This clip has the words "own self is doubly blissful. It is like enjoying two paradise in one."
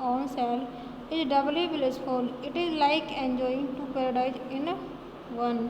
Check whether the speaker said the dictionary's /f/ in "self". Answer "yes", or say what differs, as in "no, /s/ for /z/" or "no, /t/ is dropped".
no, /f/ is dropped